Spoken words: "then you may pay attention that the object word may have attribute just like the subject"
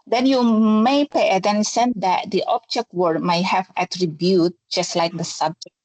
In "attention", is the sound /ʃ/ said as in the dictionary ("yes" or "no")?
no